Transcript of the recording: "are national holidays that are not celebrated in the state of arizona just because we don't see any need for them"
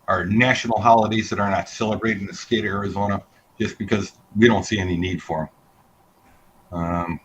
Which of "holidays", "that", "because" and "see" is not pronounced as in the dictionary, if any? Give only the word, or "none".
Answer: none